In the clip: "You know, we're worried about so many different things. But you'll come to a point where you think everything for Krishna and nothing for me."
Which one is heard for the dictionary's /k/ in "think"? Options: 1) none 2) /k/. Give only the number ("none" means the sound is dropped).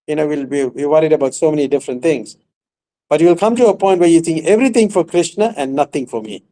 1